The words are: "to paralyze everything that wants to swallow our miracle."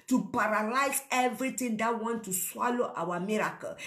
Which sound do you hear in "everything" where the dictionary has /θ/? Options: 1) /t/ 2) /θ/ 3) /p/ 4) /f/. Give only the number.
1